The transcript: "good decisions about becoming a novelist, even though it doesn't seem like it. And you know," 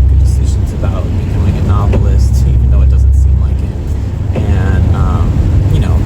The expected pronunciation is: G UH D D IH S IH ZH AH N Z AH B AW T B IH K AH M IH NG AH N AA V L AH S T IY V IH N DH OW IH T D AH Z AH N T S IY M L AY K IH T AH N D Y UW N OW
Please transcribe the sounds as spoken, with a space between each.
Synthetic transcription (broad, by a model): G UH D D IH S IH ZH AH N Z AH B AW T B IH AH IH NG AH N AA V L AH S T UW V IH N OW IH T D AH Z AH N T S IY M L AY K IH T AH N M Y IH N OW